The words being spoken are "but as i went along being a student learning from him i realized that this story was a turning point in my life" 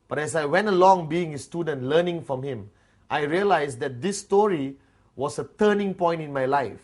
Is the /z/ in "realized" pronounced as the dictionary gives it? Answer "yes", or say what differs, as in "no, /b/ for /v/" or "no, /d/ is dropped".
no, /s/ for /z/